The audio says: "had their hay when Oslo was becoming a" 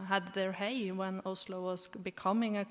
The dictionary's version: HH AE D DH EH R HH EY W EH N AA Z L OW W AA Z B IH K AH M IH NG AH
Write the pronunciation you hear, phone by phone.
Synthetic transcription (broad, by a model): HH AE D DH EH R HH EY W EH N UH S L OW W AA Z B IH K AH M IH NG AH